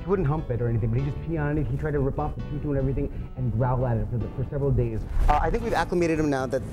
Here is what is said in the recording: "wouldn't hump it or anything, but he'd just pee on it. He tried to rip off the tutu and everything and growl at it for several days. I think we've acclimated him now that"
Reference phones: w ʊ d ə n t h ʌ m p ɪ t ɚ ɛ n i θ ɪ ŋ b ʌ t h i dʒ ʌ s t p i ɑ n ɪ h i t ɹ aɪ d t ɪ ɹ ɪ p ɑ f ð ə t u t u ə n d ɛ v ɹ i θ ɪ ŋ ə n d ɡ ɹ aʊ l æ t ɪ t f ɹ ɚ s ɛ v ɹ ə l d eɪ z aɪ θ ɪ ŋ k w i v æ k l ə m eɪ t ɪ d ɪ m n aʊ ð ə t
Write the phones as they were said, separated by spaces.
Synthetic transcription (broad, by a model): w ʊ d n t h ʌ m p ɪ t ɚ ɛ n i θ ɪ ŋ b ʌ t h i dʒ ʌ s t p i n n ɪ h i t ɹ aɪ d t ɪ ɹ ɪ p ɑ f ð ə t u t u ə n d ɛ v ɹ i θ ɪ ŋ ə n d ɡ ɹ aʊ l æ t ɪ t f ɹ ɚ s ɛ v ɹ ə l d eɪ z aɪ θ ɪ ŋ k w i v æ k l ə m eɪ t ɪ d ɪ m n aʊ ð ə t